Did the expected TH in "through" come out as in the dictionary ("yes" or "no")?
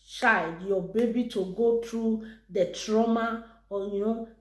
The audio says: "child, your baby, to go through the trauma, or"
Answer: no